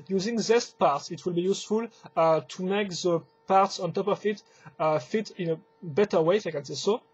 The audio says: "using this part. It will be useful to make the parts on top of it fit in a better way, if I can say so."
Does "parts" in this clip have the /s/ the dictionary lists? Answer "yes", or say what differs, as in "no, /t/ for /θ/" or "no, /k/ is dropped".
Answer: yes